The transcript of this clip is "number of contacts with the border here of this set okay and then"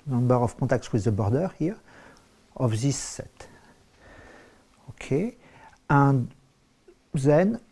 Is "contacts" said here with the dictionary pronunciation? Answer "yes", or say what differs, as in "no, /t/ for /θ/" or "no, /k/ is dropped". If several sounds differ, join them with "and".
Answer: no, /n/ is dropped